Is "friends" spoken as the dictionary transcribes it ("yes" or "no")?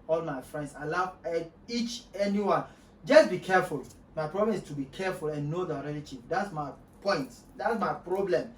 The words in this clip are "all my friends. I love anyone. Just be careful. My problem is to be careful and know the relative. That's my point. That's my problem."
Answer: no